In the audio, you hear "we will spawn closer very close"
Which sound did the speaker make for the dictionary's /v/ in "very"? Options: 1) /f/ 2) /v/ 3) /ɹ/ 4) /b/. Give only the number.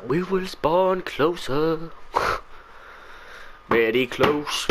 4